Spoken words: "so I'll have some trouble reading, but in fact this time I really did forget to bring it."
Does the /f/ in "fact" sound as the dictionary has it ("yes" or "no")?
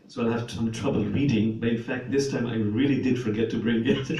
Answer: yes